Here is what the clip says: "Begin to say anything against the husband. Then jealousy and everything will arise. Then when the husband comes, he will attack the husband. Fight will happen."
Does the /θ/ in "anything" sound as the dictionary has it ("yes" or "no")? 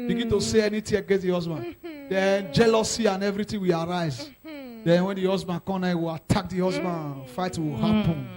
no